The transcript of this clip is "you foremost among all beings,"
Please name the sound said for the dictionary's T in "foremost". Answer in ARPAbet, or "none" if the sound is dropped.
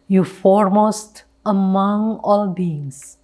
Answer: T